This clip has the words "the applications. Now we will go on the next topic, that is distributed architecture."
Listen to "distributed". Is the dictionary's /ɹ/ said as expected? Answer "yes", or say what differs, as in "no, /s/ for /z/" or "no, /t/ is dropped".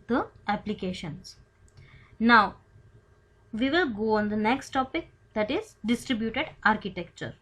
yes